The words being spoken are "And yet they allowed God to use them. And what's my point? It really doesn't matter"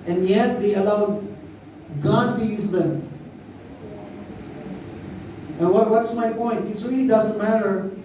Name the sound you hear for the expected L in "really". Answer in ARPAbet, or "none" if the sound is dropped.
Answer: none